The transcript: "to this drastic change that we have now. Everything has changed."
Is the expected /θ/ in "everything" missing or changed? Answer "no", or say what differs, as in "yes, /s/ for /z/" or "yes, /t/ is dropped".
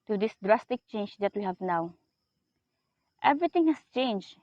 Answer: yes, /t/ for /θ/